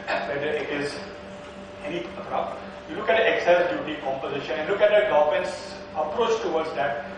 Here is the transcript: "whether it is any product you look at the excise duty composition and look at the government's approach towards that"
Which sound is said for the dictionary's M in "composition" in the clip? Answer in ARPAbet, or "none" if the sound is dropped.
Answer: M